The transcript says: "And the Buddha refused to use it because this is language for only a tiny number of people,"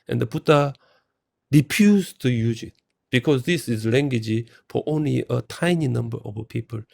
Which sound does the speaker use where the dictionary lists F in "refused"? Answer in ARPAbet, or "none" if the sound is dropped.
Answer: P